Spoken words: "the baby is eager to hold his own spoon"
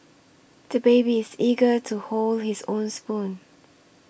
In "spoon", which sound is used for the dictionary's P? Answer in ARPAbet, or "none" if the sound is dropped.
P